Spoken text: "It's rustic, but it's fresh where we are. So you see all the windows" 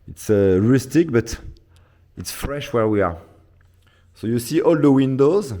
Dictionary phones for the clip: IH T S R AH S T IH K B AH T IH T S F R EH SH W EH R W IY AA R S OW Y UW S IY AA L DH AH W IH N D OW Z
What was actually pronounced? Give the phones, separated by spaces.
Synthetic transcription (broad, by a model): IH T S R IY S T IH K B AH T IH T S F R EH SH W EH R W IY AA R S OW Y UW S IY AA L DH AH W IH N D OW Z